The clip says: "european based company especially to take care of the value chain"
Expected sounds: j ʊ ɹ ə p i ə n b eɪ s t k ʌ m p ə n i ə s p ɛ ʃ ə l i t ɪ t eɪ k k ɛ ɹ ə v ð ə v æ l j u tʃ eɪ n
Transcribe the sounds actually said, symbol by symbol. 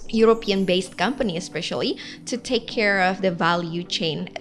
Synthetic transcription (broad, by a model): j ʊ ɹ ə p i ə n b eɪ s t k ʌ m p ə n i ə s p ɛ ʃ ə l i t ɪ t eɪ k k ɛ ɹ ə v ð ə v æ l j u tʃ eɪ n